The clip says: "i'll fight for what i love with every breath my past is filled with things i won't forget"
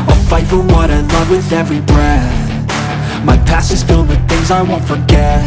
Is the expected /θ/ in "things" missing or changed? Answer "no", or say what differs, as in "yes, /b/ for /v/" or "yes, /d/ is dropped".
no